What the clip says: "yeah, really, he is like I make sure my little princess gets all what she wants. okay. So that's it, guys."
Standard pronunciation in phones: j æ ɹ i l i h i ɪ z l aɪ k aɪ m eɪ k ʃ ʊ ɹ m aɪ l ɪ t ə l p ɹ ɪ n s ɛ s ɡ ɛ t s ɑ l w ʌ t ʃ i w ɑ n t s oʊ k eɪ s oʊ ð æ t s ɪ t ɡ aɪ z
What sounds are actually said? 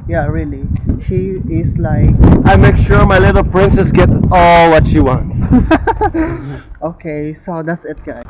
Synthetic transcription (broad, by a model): j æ ɹ i l i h i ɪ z l aɪ k aɪ m eɪ k ʃ ʊ ɹ m aɪ l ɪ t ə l p ɹ ɪ n s ɛ s ɡ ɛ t ɑ l w ʌ t ʃ i w ɑ n t s oʊ k eɪ s oʊ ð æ t s ɪ t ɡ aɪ